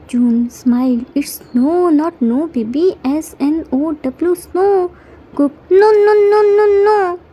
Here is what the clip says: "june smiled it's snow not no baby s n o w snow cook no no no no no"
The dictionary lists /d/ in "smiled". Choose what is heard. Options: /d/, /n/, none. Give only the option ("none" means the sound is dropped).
none